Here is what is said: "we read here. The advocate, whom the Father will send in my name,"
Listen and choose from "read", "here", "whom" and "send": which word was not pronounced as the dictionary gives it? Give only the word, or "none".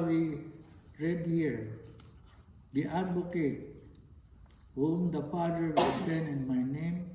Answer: send